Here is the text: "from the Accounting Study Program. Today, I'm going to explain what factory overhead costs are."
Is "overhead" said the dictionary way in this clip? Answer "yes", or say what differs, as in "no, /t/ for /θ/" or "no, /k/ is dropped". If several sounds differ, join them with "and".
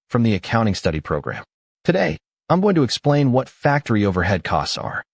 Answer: yes